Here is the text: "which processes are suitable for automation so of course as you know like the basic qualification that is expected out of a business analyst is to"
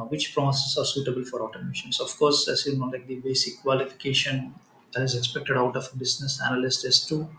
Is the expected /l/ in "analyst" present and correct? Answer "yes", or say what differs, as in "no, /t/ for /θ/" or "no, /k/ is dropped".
yes